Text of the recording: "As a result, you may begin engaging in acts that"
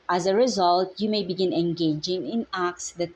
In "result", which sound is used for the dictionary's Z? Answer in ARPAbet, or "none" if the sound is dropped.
Z